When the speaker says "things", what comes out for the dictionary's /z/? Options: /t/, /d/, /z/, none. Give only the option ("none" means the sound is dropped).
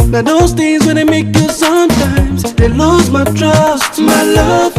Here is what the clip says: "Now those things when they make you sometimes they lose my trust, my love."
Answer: /z/